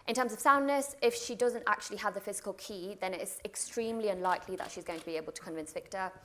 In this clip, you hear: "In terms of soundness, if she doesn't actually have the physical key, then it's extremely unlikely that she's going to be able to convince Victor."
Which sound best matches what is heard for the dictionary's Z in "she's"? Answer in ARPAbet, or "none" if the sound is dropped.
Z